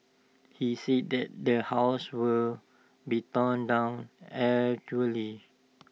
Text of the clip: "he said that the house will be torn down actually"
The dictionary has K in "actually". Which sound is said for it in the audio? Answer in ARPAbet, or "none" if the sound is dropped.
none